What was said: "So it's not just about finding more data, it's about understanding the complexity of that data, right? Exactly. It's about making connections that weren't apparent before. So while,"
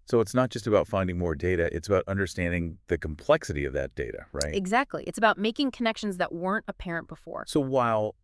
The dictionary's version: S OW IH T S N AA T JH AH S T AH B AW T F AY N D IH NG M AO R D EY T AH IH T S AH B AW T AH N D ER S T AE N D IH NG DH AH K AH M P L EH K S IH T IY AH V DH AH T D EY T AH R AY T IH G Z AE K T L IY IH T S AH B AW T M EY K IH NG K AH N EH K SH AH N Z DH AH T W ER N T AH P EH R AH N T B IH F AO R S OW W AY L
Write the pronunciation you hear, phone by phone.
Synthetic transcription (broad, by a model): S OW IH T S N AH T JH AH S T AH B AW T F AY N D IH NG M AO R D EY T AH IH T S AH B AW T AH N D ER S T AE N D IH NG DH AH K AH M P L EH K S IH T IY AH V DH AH T D EY T AH R AY T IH G Z AE K T L IY IH T S AH B AW T M EY K IH NG K AH N EH K SH AH N Z DH AH T W ER N T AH P EH R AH N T B IH F AO R S OW W AY L